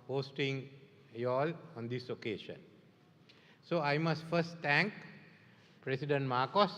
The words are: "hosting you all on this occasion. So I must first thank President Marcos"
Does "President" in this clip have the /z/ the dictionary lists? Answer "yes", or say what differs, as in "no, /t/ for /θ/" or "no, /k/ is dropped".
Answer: no, /s/ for /z/